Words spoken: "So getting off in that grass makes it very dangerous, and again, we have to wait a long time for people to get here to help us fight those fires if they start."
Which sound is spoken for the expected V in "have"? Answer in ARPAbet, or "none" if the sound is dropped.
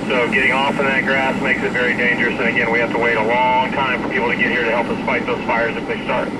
F